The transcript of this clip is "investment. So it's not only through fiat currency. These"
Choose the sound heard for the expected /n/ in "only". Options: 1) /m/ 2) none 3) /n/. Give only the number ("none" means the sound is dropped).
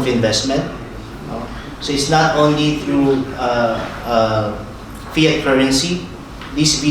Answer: 3